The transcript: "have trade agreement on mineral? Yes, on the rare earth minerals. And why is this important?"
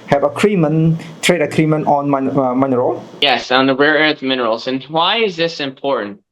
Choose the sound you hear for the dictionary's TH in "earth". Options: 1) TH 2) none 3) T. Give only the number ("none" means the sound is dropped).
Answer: 3